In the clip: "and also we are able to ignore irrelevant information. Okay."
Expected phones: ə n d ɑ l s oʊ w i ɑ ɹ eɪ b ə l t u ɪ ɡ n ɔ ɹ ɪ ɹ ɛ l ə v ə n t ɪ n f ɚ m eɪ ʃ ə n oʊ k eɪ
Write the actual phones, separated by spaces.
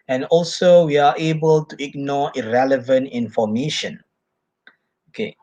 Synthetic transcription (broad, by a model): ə n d ɑ l s oʊ w i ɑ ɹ eɪ b ə l t u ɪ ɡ n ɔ ɪ ɹ ɛ l ə v ə n t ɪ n f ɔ m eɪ ʃ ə n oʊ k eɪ